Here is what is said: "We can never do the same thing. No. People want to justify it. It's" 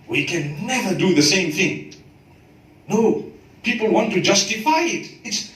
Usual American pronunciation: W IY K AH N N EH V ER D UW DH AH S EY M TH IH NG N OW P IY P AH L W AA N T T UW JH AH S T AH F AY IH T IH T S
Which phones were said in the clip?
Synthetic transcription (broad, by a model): W IY K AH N N EH V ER D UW DH AH S EY M TH IH NG N OW P IY P AH L W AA N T T UW JH AH S T AH F AY IH T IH T S